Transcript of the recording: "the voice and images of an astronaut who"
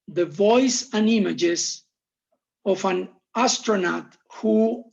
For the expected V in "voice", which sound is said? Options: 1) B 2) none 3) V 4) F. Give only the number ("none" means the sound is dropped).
3